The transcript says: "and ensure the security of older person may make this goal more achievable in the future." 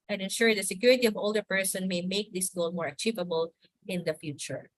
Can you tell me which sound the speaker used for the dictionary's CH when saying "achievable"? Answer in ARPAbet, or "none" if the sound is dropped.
CH